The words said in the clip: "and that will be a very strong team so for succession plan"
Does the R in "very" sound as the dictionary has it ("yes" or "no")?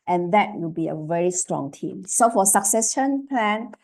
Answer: yes